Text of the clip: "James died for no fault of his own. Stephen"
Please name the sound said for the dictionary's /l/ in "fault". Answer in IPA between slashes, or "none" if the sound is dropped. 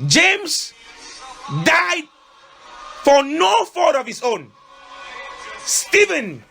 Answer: none